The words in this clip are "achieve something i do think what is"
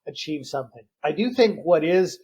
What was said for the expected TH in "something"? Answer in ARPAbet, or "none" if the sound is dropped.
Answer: TH